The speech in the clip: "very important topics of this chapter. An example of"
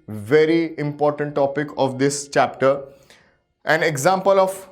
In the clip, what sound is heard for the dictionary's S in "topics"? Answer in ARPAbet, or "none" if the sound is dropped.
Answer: none